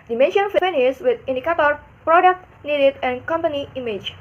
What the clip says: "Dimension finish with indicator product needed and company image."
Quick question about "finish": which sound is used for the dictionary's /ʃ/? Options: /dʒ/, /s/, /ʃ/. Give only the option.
/s/